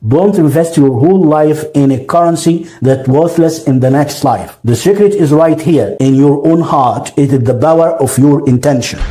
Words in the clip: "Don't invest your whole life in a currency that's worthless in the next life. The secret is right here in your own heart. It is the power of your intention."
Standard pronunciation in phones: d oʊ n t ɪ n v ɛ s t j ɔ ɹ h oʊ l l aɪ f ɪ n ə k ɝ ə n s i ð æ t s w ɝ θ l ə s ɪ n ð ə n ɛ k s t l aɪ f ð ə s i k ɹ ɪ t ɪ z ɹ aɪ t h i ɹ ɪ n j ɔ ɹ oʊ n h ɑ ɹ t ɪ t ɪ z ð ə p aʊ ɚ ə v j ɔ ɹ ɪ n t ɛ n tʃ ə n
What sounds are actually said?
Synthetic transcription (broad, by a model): d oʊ n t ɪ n v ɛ s t j ɔ ɹ h oʊ l l aɪ f ɪ n ə k ɝ ə n s i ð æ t w ɝ θ l ə s ɪ n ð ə n ɛ k s t l aɪ f ð ə s i k ɹ ɪ t ɪ z ɹ aɪ t h i ɹ ɪ n j ɔ ɹ oʊ n h ɑ ɹ t ɪ t ɪ z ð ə b aʊ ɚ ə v j ɔ ɹ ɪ n t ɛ n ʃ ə n